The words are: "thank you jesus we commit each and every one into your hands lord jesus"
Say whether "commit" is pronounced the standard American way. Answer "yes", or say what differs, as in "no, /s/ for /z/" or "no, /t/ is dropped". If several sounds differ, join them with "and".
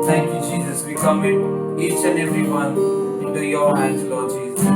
no, /t/ is dropped